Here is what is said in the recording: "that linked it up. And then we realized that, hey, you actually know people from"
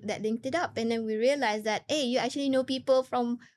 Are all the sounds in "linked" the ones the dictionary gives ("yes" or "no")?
no